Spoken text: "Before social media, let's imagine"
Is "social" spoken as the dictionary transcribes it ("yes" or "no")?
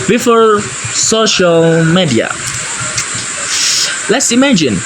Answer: yes